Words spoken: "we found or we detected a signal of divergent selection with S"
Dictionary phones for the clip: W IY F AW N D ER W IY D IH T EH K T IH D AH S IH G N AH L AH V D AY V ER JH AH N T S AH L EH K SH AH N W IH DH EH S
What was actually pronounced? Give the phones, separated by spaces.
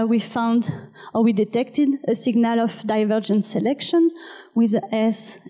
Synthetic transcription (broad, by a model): W IY F AW N D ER W IY D IH T EH K T IH D AH S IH G N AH L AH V D AY V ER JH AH N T S AH L EH K SH AH N W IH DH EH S